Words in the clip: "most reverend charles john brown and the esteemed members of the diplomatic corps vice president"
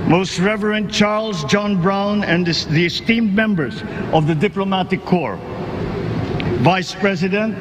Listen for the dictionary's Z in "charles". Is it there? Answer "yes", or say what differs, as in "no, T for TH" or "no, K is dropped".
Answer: yes